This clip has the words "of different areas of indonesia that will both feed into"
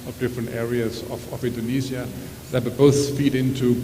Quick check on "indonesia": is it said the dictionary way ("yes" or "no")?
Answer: no